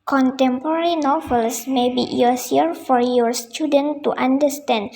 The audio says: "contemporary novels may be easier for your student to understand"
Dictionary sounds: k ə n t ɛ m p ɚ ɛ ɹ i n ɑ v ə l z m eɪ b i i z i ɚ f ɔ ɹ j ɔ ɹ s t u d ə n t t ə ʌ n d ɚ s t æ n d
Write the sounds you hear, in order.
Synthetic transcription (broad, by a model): k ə n t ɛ m p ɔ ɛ ɹ i n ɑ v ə l s m eɪ b i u s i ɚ f ɔ ɹ j ɔ ɹ s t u d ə n t t ə n d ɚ s t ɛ n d